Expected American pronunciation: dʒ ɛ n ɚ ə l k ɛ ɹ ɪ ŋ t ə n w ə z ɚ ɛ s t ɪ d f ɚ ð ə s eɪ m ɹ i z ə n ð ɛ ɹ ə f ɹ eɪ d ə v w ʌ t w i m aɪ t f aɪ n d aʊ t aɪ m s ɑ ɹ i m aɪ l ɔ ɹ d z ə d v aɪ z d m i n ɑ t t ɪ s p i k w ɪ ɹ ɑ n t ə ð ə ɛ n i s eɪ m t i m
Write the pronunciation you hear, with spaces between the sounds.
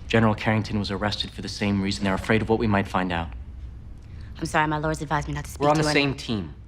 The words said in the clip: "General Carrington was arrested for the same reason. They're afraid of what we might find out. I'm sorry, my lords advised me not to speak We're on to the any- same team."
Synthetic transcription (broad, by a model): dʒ ɛ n ɚ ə l k ɛ ɹ ɪ ŋ t ə n w ə z ɚ ɛ s t ɪ d f ɚ ð ə s eɪ m ɹ i z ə n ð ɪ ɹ ə f ɹ eɪ d ə v w ʌ t w i m aɪ t f aɪ n d aʊ t aɪ m s ɑ ɹ i m aɪ l ɔ ɹ d z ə d v aɪ z m i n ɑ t t ɪ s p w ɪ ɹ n ð ə s eɪ m t i m